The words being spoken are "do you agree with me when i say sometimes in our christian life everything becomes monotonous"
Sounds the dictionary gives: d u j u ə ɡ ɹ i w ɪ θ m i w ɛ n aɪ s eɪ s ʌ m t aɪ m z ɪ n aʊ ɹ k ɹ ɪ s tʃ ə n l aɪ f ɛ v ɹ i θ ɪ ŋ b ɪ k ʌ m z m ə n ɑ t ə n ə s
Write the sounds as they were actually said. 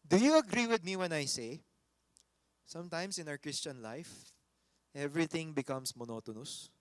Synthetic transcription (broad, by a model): d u j u ə ɡ ɹ i w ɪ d m i w ɛ n aɪ s eɪ s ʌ m t aɪ m s ɪ n aʊ ɹ k ɹ ɪ s tʃ ə n l aɪ f ɛ v ɹ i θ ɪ ŋ b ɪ k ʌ m s m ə n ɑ t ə n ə s